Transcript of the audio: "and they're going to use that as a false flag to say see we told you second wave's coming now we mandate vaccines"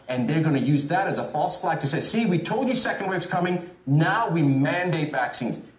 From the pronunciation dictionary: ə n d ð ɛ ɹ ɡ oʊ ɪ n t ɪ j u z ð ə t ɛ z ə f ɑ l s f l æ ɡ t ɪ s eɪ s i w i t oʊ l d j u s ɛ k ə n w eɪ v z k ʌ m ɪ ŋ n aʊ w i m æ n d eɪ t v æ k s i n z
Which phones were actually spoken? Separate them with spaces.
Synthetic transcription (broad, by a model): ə n ð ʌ ɹ ɡ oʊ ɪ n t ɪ j u z ð ə t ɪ z ə f ɑ l s f l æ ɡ t ɪ s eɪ s i w i t oʊ l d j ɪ s ɛ k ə n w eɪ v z k ʌ m ɪ ŋ n aʊ w i m æ n d eɪ t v æ k s i n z